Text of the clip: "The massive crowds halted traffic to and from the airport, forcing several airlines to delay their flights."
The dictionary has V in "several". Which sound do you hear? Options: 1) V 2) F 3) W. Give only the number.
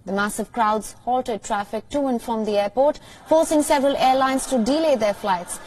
1